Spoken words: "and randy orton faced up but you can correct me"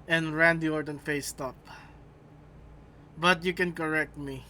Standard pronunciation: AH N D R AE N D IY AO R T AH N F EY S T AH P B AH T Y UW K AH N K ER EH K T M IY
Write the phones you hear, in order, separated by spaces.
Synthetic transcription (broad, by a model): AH N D R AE N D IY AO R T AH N F EY S T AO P B AH T Y UW K AH N K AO EH K T M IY